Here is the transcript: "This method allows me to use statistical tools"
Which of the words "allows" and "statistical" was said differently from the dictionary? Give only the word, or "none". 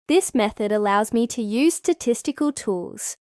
none